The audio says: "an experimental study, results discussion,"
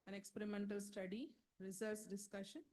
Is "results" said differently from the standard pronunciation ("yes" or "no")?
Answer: yes